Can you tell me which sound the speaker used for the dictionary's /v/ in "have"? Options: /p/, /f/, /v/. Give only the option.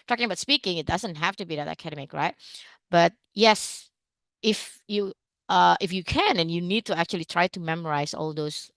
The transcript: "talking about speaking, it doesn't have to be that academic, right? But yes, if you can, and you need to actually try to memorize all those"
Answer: /f/